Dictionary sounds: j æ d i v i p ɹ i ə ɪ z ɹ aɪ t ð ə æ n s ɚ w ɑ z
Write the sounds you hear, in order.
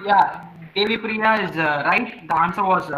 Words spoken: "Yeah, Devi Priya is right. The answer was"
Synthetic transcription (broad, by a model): j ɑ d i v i p ɹ i ə ɪ z ɹ aɪ t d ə n s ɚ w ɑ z